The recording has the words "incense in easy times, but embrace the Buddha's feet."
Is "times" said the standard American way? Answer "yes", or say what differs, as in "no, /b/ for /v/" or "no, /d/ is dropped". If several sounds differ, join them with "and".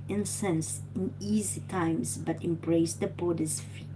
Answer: no, /s/ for /z/